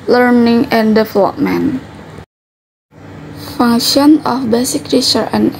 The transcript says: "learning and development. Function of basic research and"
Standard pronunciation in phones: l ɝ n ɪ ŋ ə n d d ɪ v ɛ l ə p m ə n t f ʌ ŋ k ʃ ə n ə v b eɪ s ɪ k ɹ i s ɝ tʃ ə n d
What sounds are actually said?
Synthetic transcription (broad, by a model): l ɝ n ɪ ŋ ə n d d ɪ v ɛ l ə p m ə n f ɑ ŋ ʃ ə n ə f b eɪ s ɪ k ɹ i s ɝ ə n